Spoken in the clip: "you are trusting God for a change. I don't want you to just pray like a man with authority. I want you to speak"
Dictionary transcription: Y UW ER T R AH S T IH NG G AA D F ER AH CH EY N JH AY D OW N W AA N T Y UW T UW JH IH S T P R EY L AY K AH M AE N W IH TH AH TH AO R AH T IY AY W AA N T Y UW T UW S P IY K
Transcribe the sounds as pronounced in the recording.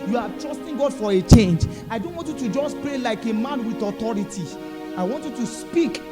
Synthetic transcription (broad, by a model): Y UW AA T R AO S T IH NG G AA D F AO AH CH EY N JH AY D OW N W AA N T Y UW T UW JH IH S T P R EY L AY K AH M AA N W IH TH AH T AO R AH T IY AY W AA N T Y UW T UW S P IY K